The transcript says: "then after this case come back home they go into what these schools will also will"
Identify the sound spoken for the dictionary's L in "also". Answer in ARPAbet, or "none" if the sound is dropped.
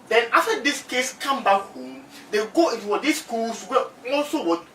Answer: L